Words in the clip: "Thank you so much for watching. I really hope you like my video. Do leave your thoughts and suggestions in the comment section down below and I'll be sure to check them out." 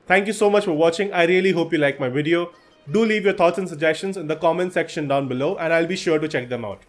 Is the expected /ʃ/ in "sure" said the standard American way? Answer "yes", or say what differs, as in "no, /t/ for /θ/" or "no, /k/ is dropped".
yes